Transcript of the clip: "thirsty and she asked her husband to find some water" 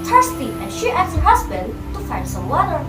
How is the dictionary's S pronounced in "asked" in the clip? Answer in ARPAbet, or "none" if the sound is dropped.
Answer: none